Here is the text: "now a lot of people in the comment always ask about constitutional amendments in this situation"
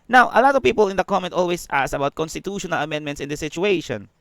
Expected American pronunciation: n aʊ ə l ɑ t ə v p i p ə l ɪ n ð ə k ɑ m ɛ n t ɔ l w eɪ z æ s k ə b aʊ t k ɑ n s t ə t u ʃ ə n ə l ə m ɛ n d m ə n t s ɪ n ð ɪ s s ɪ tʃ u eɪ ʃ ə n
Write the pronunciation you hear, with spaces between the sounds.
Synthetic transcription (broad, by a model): n aʊ ə l ɑ t ə v p i p ə l ɪ n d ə k ɑ m ɛ n t ɔ l w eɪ s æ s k ə b aʊ t k ɑ n s t ə t u ʃ ə n ə l ə m ɛ n d m ə n t s ɪ n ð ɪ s s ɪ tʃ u eɪ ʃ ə n